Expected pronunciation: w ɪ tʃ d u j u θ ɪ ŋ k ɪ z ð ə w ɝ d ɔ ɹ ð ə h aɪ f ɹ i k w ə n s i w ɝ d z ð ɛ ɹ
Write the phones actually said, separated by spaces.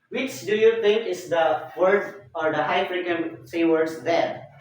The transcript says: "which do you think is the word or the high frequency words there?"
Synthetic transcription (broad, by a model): w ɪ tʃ d u j u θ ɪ ŋ k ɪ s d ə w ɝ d ɔ ɹ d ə h aɪ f ɹ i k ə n s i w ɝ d s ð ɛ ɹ